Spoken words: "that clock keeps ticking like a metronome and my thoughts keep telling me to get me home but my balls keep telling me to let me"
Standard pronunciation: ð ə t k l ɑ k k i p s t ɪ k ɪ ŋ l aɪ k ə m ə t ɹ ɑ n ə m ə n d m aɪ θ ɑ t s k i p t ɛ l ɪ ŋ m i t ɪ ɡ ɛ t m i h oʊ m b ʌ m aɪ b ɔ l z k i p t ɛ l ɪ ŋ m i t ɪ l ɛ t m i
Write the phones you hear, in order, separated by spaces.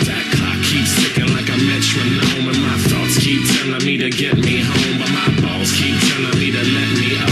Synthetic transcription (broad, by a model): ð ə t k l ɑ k k i p s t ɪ k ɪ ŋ l aɪ k ə m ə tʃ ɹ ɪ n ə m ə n m aɪ θ ɑ t s k i p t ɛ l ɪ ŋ m i t ɪ ɡ ɛ t m i h oʊ m b ʌ m aɪ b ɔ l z k i p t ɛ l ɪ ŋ m i t ɪ l ɛ t m i